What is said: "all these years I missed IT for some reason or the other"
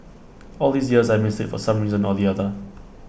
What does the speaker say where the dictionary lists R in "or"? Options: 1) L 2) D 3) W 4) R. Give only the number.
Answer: 1